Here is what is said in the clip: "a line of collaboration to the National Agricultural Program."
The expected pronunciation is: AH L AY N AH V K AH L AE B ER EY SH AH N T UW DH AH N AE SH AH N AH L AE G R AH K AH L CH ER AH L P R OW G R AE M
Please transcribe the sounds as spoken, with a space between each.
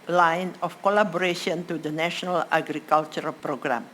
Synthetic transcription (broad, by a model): L AY N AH F K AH L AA B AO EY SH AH N T UW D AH N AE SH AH N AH L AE G R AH K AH L CH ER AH L P R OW G R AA M